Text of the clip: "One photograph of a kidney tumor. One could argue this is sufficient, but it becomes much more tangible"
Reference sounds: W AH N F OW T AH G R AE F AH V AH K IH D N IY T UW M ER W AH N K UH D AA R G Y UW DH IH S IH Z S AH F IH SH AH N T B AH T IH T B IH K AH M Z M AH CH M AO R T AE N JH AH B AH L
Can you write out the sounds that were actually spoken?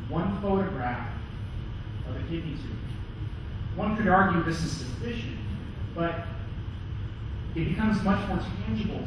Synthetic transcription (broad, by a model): W AH N F OW T AH G R AE F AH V AH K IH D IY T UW W AH N K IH D AA R G Y UW DH IH S IH Z S AH F IH SH AH N T B AH T IH T B IH K AH M Z M AH CH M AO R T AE N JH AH B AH L